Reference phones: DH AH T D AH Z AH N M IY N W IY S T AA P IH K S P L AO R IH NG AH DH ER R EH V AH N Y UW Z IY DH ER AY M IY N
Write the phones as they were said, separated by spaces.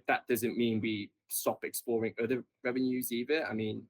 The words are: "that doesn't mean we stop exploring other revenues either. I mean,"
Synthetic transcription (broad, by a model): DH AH T D AH Z AH N M IY N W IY S T AA P IH K S P L AO R IH NG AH DH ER R EH V AH N Y UW Z IY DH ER AY M IY N